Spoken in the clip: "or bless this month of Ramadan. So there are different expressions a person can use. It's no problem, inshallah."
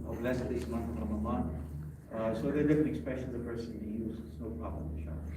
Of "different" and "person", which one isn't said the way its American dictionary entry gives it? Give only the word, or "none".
different